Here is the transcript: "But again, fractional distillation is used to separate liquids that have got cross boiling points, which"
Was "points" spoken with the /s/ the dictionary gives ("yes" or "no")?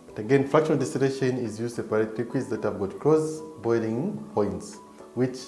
yes